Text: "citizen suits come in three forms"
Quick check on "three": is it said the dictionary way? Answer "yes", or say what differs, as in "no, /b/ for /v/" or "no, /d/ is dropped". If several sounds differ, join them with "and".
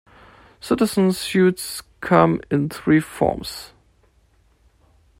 yes